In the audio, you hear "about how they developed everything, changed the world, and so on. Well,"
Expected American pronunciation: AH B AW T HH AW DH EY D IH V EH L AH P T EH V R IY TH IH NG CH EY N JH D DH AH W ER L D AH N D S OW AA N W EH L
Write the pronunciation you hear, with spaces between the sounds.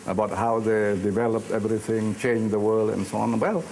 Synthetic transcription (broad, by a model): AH B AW T HH AW DH EY D IH V EH L AH P T EH V R IY TH IH NG CH EY N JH DH AH W ER L D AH N S OW AA N W EH L